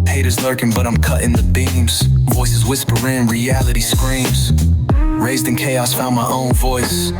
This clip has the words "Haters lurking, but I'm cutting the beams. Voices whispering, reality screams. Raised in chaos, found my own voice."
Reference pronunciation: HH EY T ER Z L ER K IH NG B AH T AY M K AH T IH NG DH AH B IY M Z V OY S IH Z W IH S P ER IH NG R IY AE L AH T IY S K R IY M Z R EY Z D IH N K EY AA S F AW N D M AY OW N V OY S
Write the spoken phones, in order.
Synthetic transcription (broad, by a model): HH EY T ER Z L ER K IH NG B AH T AY M K AH T IH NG DH AH B IY M Z V OY S IH Z W IH S P ER IH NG R IY AE L AH T IY S K R IY M Z R EY Z D IH N K EY AA S F AW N M AY OW N V OY S